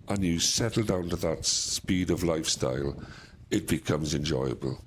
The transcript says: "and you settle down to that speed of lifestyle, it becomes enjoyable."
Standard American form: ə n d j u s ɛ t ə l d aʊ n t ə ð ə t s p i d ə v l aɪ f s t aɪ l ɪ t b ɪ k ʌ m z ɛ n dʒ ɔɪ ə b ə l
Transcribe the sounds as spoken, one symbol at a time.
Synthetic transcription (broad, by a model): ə n j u s ɛ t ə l d aʊ n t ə ð ə t s p i d ə v l aɪ f s t aɪ l ɪ t b ɪ k ʌ m z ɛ n dʒ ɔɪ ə b ə l